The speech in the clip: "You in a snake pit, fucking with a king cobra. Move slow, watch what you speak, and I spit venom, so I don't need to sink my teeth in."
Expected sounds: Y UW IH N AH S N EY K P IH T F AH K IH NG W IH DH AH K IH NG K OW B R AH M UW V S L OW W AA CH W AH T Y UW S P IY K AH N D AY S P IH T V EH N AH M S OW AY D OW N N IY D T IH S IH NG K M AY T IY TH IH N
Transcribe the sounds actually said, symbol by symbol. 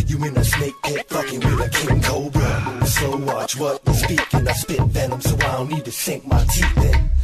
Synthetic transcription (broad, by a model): Y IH IH N AH S N EY K B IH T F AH K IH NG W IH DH AH K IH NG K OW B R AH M S OW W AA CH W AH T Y S P IY K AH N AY S P IH T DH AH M S OW AY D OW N N IY D T IH S IH NG K M AY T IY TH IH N